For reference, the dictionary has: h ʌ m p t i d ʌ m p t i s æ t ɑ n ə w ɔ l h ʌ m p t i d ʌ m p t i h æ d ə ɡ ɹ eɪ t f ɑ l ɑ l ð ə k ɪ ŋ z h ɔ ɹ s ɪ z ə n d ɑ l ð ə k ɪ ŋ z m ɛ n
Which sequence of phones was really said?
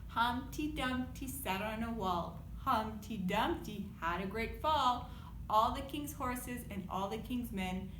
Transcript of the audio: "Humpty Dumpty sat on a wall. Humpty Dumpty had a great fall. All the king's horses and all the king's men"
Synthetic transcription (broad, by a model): h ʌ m t i d ʌ m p t i s æ t n ə w ɔ l h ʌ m t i d ʌ m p t i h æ d ə ɡ ɹ eɪ t f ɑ l ɑ l ð ə k ɪ ŋ z h ɔ ɹ s ɪ z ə n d ɑ l ð ə k ɪ ŋ z m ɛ n